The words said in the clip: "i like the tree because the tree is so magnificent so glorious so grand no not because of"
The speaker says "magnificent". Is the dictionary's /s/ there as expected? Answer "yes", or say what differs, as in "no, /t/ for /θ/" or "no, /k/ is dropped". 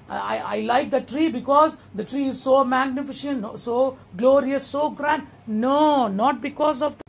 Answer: no, /ʃ/ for /s/